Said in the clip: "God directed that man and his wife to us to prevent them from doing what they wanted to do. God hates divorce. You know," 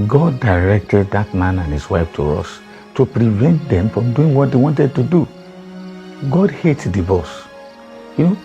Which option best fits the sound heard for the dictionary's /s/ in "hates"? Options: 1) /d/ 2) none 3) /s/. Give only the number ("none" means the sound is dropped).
2